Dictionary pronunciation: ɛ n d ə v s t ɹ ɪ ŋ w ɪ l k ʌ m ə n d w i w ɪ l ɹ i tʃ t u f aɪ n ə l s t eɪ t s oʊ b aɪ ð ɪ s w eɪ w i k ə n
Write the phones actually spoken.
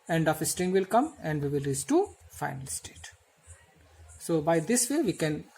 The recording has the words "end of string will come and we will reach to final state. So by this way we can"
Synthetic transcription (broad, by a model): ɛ n d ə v s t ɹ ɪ ŋ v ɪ l k ʌ m ə n d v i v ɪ l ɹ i s t u f aɪ n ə l s t eɪ t s oʊ b aɪ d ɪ s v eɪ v i k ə n